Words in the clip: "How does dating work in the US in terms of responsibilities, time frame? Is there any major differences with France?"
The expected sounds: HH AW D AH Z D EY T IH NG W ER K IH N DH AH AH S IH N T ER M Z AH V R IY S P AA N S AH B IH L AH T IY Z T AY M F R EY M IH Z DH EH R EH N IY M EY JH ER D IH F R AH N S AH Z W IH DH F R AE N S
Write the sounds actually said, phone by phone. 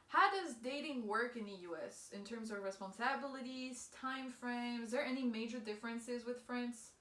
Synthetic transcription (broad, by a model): HH AW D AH Z D EY T IH NG W ER K IH N DH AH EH S IH N T ER M Z AH V R IY S P AA N S AH B IH L AH T IY Z T AY M F R EY M Z DH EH R EH N IY M EY JH ER D IH F R AH N S AH Z W IH DH F R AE N S